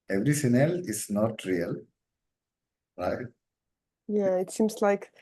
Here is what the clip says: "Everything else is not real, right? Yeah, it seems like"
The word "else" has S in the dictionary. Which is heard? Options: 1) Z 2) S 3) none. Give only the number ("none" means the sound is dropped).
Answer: 3